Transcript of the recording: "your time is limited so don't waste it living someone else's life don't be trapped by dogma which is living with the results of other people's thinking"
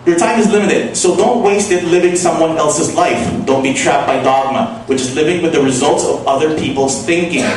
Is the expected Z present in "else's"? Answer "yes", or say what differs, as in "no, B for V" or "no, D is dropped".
yes